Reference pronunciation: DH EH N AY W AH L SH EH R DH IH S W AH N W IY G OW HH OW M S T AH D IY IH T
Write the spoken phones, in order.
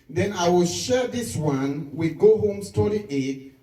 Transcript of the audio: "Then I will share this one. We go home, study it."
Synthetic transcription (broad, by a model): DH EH N AY W AH L SH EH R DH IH S W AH N W IY G OW HH OW M S T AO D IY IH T